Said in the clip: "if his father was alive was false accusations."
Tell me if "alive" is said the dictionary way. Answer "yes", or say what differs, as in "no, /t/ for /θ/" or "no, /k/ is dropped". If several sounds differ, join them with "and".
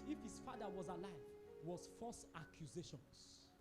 yes